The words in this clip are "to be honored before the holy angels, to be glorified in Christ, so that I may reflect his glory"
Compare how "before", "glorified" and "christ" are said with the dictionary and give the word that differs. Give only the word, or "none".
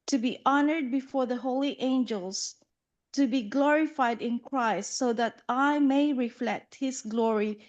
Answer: none